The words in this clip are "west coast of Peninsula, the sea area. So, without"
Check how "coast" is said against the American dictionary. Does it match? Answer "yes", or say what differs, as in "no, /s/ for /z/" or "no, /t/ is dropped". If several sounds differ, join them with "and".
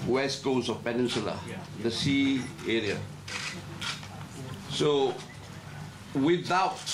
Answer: no, /t/ is dropped